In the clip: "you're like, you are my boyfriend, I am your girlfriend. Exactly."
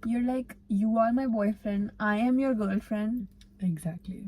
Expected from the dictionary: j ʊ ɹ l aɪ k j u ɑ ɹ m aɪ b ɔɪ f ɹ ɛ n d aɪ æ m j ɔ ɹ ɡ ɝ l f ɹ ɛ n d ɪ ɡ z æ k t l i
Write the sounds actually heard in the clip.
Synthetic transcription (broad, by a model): j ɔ ɹ l aɪ k j u ɑ ɹ m aɪ b ɔɪ f ɹ ɛ n d aɪ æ m j ɔ ɹ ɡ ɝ l f ɹ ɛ n d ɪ ɡ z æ k t l i